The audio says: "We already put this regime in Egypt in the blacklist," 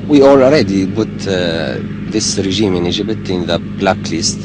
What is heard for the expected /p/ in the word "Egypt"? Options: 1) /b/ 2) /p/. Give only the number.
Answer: 1